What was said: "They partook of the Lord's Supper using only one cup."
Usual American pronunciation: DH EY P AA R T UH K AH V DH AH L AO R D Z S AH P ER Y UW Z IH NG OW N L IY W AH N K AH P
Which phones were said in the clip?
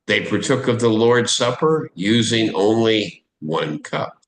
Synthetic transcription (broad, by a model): DH EY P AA R T UH K AH V DH AH L AO R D S AH P ER Y UW Z IH NG OW N L IY W AH N K AH P